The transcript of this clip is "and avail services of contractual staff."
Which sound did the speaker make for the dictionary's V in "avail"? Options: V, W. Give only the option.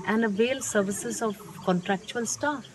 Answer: V